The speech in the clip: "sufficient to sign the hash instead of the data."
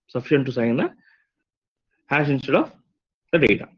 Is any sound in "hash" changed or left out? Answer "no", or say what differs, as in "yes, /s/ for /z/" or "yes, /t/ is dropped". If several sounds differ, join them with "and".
yes, /s/ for /ʃ/